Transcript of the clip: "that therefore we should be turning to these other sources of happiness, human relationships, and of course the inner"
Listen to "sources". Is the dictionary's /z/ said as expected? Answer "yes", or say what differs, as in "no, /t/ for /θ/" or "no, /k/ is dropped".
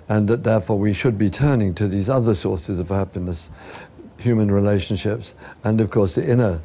yes